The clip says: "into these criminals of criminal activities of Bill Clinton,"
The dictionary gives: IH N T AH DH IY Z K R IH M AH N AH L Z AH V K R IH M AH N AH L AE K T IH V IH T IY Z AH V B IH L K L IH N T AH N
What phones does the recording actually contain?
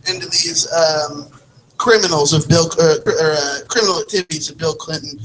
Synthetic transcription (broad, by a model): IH N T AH DH IY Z K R IH M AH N L Z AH V K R IH M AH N L AE K T IH V IH T IY Z AH V B IH L K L IH N T N